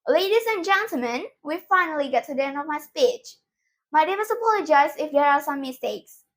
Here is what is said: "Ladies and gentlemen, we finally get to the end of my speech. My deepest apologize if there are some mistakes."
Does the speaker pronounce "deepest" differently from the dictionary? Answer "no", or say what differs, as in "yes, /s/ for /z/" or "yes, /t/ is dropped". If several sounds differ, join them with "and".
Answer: yes, /t/ is dropped